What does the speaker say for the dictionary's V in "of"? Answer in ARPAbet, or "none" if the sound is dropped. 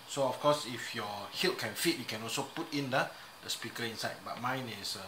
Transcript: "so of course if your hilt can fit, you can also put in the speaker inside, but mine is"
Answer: F